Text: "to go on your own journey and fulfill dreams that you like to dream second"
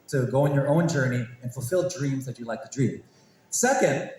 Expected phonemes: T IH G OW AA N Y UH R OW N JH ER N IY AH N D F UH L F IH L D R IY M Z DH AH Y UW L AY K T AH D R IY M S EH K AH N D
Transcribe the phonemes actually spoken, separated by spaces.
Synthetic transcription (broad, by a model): T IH G OW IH N Y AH R OW N JH ER N IY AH N F UH L F IH L D R IY M Z DH AH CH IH L AY K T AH D R IY M S EH K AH N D